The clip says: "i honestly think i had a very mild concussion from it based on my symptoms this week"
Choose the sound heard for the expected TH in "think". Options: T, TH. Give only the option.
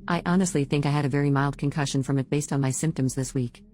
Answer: TH